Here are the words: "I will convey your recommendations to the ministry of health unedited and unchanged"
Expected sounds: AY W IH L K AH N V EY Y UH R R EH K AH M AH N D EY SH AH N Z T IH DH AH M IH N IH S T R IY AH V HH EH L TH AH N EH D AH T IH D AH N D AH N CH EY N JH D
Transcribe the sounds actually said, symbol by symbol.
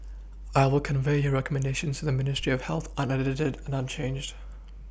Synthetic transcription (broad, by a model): AY W IH L K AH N V EY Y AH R R EH K AH M AH N D EY SH AH N Z T IH DH AH M IH N IH S T R IY AH V HH EH L TH AH N EH D AH T IH D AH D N AH N CH EY N JH D